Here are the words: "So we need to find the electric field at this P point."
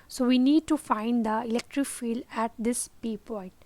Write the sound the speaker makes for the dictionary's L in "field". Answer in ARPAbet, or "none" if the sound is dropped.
L